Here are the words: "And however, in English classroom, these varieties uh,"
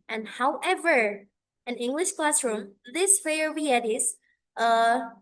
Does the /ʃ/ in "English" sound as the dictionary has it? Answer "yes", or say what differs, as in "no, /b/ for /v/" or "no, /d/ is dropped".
yes